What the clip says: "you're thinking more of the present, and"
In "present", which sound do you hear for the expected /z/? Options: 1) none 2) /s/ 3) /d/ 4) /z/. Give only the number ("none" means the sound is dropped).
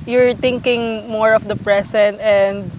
2